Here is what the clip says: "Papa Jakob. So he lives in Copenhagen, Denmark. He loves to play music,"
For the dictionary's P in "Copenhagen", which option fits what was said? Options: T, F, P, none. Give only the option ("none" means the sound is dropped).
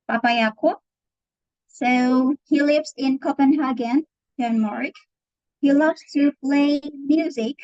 P